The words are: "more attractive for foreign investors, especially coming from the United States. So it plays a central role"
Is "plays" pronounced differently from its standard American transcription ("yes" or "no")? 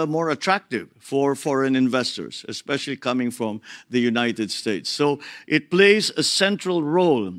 no